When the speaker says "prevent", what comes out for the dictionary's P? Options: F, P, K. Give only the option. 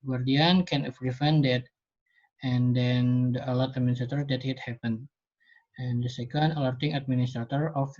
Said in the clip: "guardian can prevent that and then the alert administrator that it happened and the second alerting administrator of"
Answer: F